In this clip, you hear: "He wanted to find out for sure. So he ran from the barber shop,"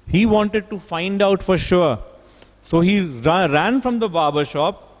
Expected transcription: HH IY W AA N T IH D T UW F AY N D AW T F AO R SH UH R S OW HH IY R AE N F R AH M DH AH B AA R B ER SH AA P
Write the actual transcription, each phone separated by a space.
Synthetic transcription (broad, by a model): HH IY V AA N T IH D T UW F AY N D AW T F AO R SH UH R S OW HH IY R AE N F R AH M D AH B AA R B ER SH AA P